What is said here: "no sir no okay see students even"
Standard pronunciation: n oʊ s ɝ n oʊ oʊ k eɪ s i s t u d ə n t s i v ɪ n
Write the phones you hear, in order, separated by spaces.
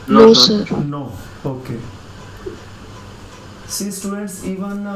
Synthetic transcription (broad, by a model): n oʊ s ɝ n oʊ oʊ k eɪ s i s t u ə t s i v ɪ n